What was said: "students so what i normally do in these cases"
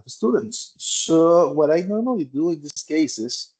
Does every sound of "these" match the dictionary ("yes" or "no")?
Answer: no